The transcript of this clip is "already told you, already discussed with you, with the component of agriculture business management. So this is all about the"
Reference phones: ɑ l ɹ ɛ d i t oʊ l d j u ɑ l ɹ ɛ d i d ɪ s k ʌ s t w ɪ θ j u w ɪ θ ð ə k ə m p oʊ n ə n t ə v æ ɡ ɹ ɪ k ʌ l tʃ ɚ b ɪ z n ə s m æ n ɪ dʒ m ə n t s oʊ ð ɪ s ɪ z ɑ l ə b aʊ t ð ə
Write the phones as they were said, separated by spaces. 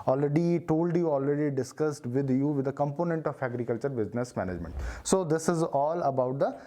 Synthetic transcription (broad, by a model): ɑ l ɹ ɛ d i t oʊ l d j u ɑ l ɹ ɛ d i d ɪ s k ʌ s t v ɪ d j u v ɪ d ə k ə m p oʊ n ə n t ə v æ ɡ ɹ ɪ k ʌ l tʃ ɚ b ɪ z n ə s m æ n ɪ dʒ m ə n t s oʊ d ɪ s ɪ z ɑ l ə b aʊ t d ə